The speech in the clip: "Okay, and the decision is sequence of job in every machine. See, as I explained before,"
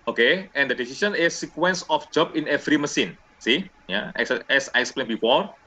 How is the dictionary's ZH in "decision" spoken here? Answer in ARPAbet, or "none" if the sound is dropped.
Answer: S